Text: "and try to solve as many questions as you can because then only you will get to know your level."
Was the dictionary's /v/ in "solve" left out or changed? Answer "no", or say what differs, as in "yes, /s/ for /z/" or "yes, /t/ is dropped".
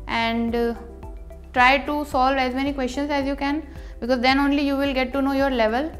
no